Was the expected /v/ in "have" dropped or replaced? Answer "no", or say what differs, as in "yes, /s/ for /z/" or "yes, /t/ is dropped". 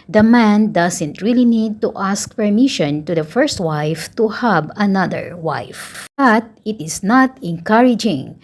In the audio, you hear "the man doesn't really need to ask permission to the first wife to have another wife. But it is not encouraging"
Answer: yes, /b/ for /v/